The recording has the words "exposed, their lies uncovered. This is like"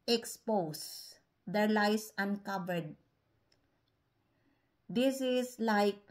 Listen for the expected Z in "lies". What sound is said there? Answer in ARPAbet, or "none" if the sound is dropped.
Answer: S